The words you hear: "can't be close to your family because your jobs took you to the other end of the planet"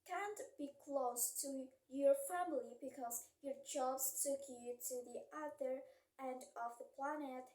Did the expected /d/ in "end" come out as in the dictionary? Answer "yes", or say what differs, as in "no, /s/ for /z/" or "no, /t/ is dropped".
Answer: yes